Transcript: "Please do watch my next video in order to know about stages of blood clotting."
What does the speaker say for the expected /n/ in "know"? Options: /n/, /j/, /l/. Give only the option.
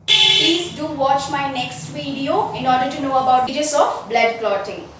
/n/